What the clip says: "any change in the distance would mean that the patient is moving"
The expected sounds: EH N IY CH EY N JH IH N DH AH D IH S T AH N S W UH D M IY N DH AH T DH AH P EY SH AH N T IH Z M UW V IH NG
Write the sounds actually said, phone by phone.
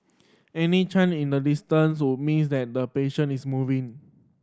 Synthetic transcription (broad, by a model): EH N IY CH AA N IH N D AH D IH S T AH N S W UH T M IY N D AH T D AH P EY SH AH N IH S M UW V IH NG